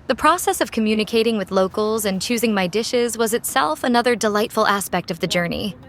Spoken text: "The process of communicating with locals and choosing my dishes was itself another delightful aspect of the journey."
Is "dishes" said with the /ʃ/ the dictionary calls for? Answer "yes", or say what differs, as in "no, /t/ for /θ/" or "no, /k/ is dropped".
yes